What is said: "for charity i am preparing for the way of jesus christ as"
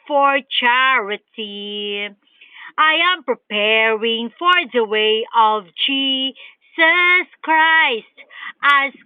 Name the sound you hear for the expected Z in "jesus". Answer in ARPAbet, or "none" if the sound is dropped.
S